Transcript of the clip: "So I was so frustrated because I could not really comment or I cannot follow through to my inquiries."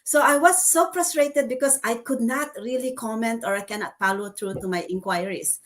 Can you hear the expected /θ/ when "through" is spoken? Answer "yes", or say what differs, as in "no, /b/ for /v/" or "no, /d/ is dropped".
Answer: no, /t/ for /θ/